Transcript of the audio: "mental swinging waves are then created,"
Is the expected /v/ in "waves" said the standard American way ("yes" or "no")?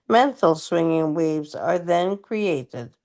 yes